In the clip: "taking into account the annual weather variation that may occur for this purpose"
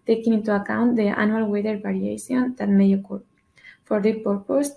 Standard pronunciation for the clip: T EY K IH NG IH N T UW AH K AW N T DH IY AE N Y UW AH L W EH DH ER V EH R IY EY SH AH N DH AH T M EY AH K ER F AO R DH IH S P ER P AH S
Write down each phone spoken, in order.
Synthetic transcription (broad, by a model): T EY K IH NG IH N T UW AH K AW N T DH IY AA N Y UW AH L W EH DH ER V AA R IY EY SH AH N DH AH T M EY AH K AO F AO R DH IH P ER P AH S